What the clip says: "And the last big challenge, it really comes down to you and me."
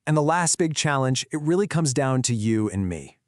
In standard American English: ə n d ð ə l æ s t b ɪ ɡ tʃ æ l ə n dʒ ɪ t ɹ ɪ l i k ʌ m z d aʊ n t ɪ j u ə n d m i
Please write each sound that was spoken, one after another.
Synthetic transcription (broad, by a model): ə n ð ə l æ s t b ɪ ɡ tʃ æ l ə n dʒ ɪ t ɹ ɪ l i k ʌ m z d aʊ n t ɪ j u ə n m i